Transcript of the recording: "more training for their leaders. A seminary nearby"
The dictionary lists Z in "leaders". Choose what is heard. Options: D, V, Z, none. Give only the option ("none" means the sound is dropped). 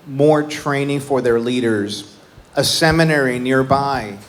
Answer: Z